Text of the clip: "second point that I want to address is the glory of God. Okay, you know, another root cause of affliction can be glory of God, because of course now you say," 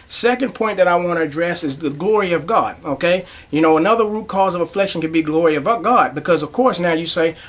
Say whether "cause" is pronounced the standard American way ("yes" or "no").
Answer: yes